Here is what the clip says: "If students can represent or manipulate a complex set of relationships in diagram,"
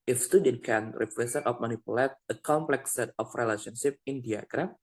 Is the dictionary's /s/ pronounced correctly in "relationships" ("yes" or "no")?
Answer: no